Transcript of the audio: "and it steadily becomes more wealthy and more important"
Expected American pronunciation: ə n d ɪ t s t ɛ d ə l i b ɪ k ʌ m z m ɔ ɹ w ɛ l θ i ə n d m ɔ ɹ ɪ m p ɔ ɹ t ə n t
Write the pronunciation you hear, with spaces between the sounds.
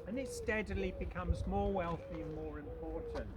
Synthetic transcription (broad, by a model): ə n ɪ t s t ɛ d l i b ɪ k ʌ m z m ɔ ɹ w ɛ l θ i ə n m ɔ ɹ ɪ m p ɔ ɹ t n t